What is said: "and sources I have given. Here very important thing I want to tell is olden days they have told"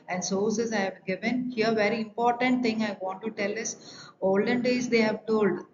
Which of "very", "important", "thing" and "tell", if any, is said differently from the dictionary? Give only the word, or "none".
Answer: thing